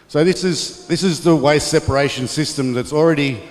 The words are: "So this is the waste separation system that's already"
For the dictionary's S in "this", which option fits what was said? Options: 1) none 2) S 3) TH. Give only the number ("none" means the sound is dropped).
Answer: 2